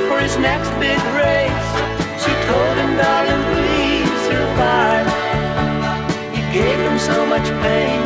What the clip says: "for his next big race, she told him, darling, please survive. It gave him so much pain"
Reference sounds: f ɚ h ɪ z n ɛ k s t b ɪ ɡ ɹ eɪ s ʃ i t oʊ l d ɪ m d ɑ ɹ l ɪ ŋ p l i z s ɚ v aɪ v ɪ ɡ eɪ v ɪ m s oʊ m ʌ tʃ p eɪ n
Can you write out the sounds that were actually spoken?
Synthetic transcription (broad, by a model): f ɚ ɪ z n ɛ k s t b ɪ ɡ ɹ eɪ s ʃ i t oʊ l d ɪ m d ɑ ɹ ɪ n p l i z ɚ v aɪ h ɪ ɡ eɪ v ɪ m s oʊ m ʌ tʃ p eɪ n